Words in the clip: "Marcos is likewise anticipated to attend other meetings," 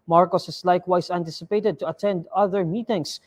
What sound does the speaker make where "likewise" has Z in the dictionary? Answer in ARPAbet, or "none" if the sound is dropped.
S